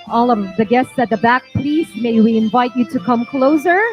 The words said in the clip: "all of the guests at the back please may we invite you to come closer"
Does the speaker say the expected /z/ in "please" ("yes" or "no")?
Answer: no